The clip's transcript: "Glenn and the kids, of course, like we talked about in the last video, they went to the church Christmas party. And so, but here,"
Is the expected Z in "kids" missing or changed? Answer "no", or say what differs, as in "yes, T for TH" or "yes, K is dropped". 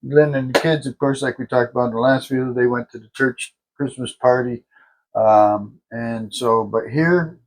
no